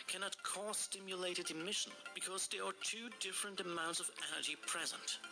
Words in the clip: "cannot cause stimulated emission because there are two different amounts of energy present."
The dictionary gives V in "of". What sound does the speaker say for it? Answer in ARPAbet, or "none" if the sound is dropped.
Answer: V